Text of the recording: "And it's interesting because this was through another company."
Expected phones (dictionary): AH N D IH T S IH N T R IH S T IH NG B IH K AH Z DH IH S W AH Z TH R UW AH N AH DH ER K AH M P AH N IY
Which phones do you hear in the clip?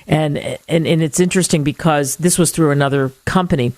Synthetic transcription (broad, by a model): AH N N IH T S IH N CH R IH S T IH NG B IH K AH Z DH IH S W AH Z TH R UW AH N AH DH ER K AH M P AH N IY